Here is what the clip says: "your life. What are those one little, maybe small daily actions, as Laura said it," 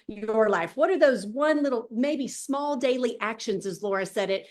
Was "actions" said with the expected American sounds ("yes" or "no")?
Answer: yes